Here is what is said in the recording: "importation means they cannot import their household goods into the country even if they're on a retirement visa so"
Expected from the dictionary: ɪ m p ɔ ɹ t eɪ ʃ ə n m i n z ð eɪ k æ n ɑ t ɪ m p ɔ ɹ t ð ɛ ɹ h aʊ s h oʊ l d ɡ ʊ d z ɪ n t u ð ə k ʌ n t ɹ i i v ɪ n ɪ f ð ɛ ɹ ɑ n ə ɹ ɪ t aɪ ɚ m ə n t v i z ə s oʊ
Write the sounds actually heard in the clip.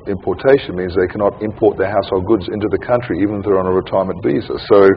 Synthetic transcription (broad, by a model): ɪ m p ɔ ɹ t eɪ ʃ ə n m i n z ð eɪ k æ n ɑ t ɪ m p ɔ ɹ t ð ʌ ɹ h aʊ s h oʊ l d ɡ ʊ d z ɪ n t u ð ə k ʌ n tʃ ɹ i i v ɪ n ɪ f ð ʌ ɹ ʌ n ə ɹ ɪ t aɪ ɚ m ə n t v i z ə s oʊ